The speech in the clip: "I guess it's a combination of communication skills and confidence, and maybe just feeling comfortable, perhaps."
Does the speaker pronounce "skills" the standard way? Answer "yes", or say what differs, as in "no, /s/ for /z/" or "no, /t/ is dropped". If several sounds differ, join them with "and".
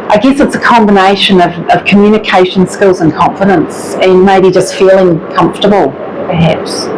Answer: yes